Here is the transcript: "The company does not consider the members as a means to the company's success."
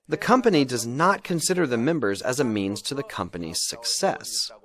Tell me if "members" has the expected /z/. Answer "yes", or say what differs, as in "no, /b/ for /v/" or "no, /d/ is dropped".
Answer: yes